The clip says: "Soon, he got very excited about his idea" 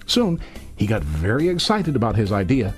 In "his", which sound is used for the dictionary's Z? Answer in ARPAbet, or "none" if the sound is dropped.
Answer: Z